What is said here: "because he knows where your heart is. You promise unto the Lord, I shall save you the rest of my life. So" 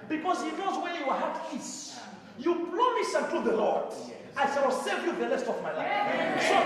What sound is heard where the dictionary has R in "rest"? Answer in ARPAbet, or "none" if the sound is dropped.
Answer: L